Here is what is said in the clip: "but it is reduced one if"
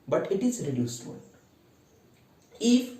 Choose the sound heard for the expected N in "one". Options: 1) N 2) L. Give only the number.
2